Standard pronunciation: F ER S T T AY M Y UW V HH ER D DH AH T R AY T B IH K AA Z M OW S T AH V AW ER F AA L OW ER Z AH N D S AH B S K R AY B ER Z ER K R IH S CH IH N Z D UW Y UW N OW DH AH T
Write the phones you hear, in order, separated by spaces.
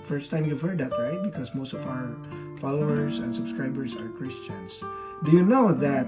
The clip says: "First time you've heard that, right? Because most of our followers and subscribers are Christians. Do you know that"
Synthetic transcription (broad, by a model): F ER S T T AY M Y UW V HH ER D DH AH T R AY T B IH K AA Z M OW S T AH V AW ER F AA L OW ER Z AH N S AH B S K R AY B ER Z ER K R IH S CH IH N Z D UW Y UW N OW DH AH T